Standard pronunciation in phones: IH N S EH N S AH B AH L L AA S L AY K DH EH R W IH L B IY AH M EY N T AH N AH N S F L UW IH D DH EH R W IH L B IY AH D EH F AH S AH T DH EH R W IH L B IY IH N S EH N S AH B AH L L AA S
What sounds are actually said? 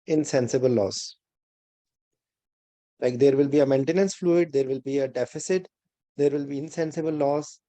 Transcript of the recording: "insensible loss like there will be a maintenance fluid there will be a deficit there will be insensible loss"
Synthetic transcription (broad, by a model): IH N S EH N S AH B AH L L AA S L AY K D EH R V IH L B IY AH M EY N T AH N AH N S F L UW IH D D EH R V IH L B IY AH D EH F AH S AH T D EH R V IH L B IY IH N S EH N S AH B AH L L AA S